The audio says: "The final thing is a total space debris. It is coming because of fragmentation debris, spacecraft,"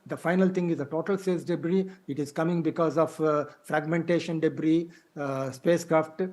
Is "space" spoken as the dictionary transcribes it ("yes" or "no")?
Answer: no